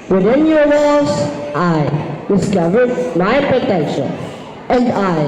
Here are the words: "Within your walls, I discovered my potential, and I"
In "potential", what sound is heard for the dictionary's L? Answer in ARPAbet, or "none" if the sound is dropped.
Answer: N